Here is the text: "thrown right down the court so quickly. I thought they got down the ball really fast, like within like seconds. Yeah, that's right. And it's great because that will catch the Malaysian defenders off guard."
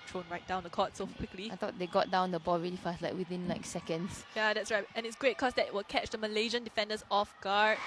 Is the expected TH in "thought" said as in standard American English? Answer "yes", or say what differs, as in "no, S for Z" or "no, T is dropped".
no, T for TH